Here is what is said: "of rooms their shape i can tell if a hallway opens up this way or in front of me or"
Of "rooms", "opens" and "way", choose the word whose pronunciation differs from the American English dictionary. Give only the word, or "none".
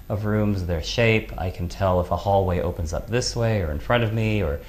none